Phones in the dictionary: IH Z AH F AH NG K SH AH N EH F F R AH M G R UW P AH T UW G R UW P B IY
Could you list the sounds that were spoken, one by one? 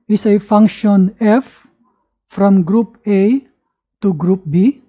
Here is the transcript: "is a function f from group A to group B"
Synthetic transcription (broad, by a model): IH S AH F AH NG K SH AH N EH F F R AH M G R UW P AH T UW G R UW P B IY